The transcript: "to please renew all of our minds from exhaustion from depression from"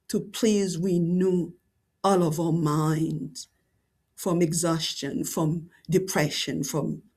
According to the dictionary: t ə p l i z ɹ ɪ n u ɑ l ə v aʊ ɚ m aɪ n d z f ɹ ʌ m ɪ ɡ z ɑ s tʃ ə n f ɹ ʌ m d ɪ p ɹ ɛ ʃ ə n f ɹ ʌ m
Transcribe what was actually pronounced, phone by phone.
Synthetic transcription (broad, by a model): t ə p l i z w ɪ n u ɑ l ə v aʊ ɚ m aɪ n d z f ɹ ʌ m ɪ ɡ z ɑ s tʃ ə n f ɹ ʌ m d ɪ p ɹ ɛ ʃ ə n f ɹ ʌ m